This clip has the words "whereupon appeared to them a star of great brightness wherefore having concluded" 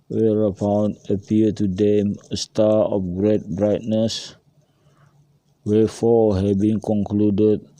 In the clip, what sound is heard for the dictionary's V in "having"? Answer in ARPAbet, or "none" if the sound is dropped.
B